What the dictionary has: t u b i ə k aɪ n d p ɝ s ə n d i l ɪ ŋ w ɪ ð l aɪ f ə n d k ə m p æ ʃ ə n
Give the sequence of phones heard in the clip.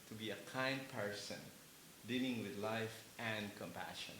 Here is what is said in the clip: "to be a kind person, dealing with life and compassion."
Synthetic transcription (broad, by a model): t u b i ə k aɪ n d p ɝ s ə n d i l ɪ ŋ w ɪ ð l aɪ f ə n d k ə m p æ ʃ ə n